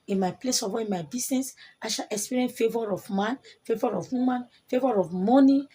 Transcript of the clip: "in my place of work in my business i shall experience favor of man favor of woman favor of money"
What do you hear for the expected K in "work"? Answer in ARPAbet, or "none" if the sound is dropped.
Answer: none